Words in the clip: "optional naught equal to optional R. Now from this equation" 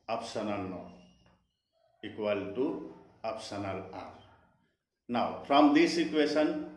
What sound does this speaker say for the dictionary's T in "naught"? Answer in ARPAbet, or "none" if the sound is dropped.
none